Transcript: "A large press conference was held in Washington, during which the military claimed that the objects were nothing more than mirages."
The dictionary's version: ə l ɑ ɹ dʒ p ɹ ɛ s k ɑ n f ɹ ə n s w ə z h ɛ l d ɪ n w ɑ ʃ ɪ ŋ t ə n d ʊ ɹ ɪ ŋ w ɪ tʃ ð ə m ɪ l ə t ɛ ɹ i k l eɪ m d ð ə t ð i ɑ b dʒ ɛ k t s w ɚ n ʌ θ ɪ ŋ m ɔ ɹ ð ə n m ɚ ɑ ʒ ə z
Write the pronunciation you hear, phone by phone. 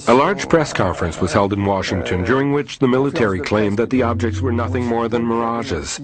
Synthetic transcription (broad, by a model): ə l ɑ ɹ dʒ p ɹ ɛ s k ɑ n f ɹ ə n s w ə z h ɛ l d ɪ n w ɑ ʃ ɪ ŋ t ə n d ʊ ɹ ɪ ŋ w ɪ tʃ ð ə m ɪ l ə t ɛ ɹ i k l eɪ m ð ə t ð i ɑ b dʒ ɛ k t s w ɚ n ʌ θ ɪ ŋ m ɔ ɹ ð ə n m ɚ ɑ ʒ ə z